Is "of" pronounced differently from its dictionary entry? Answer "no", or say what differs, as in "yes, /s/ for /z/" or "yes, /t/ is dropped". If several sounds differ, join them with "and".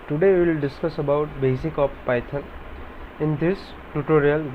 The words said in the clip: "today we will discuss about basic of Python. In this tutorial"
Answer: yes, /p/ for /v/